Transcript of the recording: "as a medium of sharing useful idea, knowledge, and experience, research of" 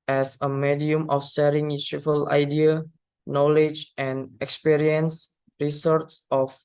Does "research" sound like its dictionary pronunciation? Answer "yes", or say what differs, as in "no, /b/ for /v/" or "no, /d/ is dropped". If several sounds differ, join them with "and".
no, /s/ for /tʃ/